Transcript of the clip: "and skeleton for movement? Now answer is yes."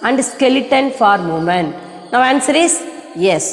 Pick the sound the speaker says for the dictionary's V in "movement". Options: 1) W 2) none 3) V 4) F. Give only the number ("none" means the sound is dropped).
2